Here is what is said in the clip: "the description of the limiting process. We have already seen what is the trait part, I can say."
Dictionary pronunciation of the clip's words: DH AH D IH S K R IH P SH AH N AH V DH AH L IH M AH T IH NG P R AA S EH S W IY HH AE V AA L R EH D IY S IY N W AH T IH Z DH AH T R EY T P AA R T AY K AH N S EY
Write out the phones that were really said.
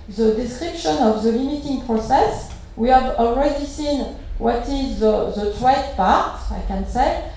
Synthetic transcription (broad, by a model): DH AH D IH S K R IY P SH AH N AH V DH AH L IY M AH T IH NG P R AA S EH S W IY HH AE V AA L R EH D IY S IY N W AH T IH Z DH AH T W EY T P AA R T AY K AH N S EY